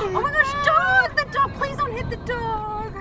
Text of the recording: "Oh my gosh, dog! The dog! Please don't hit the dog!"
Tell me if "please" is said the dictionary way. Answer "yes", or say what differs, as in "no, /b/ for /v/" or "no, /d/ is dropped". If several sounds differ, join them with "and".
yes